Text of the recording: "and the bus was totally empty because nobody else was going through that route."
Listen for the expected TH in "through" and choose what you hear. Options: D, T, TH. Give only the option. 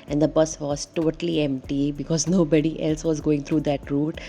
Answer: T